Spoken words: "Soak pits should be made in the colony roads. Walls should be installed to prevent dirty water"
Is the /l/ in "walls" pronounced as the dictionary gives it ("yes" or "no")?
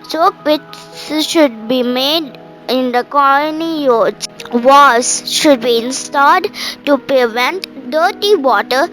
no